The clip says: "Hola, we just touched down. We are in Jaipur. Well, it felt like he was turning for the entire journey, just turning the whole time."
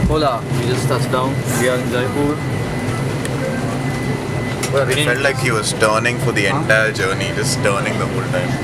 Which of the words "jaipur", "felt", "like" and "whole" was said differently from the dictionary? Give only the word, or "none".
jaipur